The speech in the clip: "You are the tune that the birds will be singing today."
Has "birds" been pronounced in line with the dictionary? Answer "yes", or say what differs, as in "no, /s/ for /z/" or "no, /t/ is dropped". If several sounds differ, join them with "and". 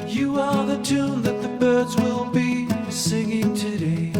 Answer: yes